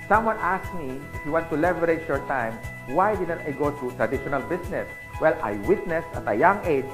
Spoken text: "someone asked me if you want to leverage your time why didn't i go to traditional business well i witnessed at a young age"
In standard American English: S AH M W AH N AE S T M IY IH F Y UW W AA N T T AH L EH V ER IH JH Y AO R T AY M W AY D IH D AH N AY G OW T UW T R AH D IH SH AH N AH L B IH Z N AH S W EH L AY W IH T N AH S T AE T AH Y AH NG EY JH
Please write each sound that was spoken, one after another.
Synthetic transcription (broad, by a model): S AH M W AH N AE S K M IY IH F Y UW W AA N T T AH L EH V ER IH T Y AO R T AY M W AY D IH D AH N AY G OW T UW T R AH D IH SH AH N AH L B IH S N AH S W EH L AY W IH T N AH S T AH T AH Y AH NG EY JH